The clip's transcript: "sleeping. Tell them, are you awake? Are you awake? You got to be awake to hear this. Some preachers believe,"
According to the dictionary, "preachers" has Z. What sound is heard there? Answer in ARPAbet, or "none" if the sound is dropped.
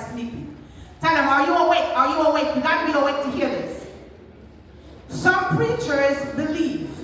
Z